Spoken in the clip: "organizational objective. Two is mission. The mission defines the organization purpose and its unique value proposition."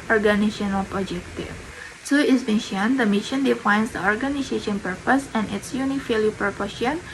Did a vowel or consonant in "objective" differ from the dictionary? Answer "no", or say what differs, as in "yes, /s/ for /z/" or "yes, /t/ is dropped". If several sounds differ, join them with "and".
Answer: yes, /b/ is dropped